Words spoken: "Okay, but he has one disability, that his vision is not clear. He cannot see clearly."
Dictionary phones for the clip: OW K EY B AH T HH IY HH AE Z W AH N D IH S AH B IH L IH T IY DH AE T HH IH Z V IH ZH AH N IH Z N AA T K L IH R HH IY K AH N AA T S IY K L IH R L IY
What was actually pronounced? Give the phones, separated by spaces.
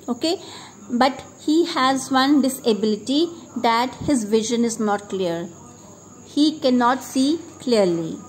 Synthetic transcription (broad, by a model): OW K EY B AH T HH IY HH AE Z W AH N D IH S AH B IH L IH T IY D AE T HH IH Z V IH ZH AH N IH Z N AA T K L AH R HH IY K AH N AA T S IY K L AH R L IY